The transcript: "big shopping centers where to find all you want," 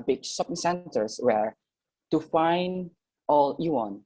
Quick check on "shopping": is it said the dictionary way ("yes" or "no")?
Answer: no